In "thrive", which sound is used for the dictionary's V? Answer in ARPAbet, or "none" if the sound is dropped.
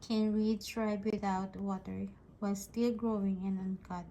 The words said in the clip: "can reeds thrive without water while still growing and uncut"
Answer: B